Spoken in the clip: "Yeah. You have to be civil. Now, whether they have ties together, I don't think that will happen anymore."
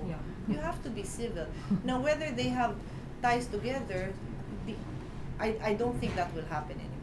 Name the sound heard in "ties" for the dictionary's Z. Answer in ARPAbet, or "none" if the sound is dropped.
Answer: S